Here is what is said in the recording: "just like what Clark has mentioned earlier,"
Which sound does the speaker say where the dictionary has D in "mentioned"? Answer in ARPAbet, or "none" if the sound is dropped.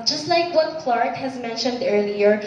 D